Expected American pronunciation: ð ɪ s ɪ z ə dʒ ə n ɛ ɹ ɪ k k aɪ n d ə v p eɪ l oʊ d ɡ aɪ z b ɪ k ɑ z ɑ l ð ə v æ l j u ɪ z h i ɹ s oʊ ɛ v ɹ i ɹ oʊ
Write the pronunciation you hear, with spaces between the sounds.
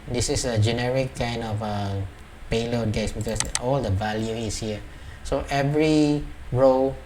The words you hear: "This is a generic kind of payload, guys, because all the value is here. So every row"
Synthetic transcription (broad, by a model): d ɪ s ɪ s ə dʒ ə n ɛ ɹ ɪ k k aɪ n d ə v p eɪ l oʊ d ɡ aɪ s b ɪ k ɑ s ɑ l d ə v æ l j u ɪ s h i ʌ s oʊ ɛ v ɹ i ɹ oʊ